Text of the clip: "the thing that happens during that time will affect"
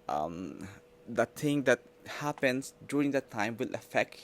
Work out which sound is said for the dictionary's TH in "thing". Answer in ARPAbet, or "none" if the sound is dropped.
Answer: T